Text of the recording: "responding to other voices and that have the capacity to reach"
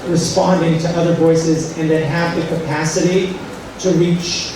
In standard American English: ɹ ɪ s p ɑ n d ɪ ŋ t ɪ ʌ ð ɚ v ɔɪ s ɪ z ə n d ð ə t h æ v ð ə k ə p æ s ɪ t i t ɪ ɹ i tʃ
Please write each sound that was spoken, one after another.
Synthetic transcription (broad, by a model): ɹ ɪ s p ɑ n d ɪ ŋ t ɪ ʌ ð ɚ v ɔɪ s ɪ z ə n ð ə t h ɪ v ð ə k ə p æ s ɪ t i t ɪ ɹ i tʃ